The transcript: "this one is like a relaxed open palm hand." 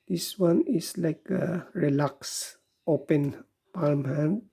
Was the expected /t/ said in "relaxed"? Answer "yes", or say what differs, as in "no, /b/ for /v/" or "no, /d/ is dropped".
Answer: no, /t/ is dropped